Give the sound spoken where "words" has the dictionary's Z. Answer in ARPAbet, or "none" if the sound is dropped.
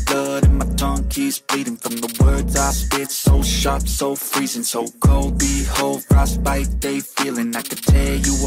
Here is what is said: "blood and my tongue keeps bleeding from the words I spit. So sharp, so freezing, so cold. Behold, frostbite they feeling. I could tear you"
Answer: Z